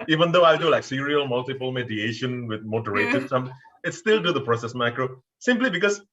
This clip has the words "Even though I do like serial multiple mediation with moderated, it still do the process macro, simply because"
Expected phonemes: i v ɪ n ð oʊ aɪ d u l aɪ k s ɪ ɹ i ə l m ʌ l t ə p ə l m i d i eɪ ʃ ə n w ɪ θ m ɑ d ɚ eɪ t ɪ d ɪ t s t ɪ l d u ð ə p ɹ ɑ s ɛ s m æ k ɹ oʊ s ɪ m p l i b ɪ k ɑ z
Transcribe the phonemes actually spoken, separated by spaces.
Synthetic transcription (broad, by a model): i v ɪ n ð oʊ aɪ d u l aɪ k s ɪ ɹ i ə l m ʌ l t ə p ə l m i d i eɪ ʃ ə n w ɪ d m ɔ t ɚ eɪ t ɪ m ɪ t s t ɪ l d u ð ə p ɹ ɑ s ɛ s m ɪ k ɹ oʊ s ɪ m p l i b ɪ k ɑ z